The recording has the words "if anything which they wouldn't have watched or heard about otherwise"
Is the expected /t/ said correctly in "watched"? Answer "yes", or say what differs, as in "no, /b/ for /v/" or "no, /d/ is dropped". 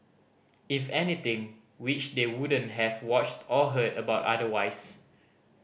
yes